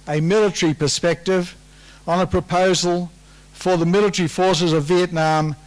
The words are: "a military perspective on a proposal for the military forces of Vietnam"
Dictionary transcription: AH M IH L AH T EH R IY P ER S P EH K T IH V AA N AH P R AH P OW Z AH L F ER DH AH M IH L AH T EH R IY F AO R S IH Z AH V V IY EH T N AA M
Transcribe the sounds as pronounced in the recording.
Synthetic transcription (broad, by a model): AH M IH L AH T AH R IY P ER S P EH K T IH V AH N AH P R AH P OW Z AH L F ER DH AH M IH L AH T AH R IY F AO R S IH Z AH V V IY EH T N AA M